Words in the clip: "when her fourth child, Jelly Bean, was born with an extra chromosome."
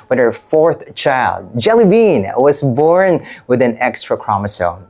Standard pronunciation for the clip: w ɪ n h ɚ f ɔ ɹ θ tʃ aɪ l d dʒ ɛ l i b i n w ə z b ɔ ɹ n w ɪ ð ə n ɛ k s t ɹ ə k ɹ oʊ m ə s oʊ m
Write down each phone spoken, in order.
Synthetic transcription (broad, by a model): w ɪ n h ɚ f ɔ ɹ θ tʃ aɪ l d dʒ ɛ l i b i n w ə z b ɔ ɹ n w ɪ ð ə n ɛ k s t ɹ ə k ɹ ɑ m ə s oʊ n